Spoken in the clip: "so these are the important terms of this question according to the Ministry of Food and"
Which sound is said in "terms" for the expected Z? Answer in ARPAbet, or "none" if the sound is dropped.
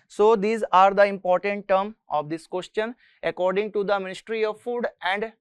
none